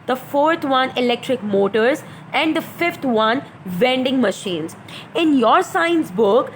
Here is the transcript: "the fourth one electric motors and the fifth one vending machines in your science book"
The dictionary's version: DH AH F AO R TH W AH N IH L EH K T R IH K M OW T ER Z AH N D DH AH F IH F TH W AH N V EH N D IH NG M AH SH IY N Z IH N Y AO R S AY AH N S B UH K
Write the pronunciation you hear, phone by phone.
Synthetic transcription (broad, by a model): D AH F AO R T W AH N IH L EH K T R IH K M OW T ER Z AH N D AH F IH F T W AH N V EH N D IH NG M AH SH IY N Z IH N Y AO R S AY AH N S B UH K